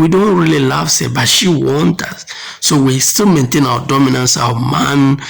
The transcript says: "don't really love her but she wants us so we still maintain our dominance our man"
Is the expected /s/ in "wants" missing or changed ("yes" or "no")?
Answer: yes